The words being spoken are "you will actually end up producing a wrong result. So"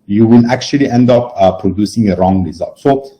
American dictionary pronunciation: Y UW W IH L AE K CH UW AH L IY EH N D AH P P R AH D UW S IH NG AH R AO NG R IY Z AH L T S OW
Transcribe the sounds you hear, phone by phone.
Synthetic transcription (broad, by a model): Y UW W IH L AE K CH UW AH L IY EH N D AH P P R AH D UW S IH NG AH R AO NG R IY Z AH L T S OW